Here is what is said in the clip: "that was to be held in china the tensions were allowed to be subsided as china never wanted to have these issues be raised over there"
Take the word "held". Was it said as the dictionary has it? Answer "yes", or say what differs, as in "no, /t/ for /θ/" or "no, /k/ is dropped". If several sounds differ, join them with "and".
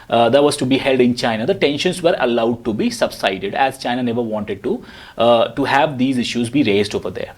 yes